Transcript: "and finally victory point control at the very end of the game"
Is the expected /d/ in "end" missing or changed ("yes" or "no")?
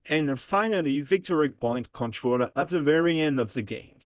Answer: no